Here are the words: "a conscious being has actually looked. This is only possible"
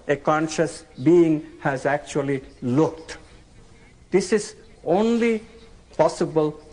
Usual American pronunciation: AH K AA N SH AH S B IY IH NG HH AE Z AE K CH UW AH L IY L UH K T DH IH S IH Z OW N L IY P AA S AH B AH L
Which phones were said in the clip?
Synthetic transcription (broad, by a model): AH K AA N SH AH S B IY IH NG HH AE Z AE K CH UW AH L IY L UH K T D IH S IH Z OW N L IY P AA S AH B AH L